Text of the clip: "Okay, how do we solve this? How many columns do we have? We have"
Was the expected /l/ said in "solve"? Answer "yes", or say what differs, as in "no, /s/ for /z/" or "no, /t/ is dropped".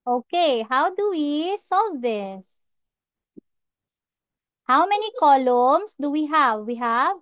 no, /l/ is dropped